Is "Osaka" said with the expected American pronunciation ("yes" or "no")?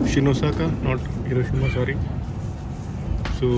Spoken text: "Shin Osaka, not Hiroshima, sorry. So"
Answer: yes